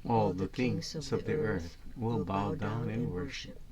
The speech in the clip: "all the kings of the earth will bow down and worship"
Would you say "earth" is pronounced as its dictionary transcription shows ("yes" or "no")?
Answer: yes